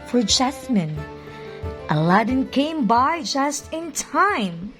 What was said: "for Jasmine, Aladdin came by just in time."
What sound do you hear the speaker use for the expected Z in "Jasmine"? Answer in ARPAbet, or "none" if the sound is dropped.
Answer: S